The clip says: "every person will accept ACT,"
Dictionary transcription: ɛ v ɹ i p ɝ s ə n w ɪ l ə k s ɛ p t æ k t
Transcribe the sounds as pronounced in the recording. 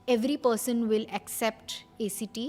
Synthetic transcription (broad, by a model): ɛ v ɹ i p ɝ s ə n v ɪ l ə k s ɛ p t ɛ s t